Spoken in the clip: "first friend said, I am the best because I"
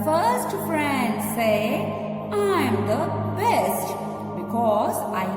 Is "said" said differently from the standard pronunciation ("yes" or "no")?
yes